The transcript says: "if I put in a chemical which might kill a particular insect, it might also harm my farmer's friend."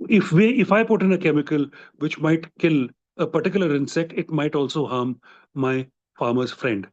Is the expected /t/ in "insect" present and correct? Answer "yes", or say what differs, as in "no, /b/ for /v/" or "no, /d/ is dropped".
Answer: yes